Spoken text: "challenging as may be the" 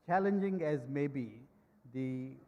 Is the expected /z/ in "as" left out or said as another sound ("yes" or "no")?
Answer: no